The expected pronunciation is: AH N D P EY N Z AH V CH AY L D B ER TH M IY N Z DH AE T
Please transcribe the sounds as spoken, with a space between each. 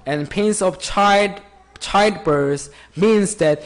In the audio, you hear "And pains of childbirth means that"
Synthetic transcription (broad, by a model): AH N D P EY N S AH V CH AY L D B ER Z M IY N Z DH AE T